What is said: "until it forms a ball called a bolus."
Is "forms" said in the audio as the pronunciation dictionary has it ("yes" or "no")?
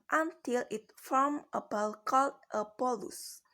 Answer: no